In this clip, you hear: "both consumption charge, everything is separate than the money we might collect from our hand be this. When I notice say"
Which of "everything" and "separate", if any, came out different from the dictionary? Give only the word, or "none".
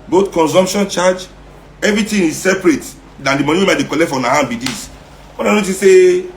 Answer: everything